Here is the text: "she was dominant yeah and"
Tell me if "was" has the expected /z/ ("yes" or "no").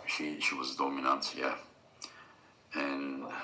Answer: yes